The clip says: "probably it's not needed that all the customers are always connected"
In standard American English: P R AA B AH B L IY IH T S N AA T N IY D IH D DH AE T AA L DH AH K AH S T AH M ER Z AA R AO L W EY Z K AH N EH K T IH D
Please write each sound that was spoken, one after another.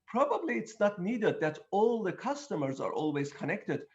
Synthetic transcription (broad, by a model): P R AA B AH B L IY IH T S N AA T N IY D IH D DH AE T AA L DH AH K AH S T AH M ER Z AA R AO L W EY Z K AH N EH K T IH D